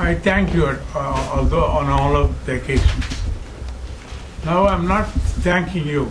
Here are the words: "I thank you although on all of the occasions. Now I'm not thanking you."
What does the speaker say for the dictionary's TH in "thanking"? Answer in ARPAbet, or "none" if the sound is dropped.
T